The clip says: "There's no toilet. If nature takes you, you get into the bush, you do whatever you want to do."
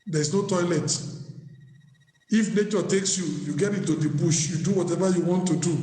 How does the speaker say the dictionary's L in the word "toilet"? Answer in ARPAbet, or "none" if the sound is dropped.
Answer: L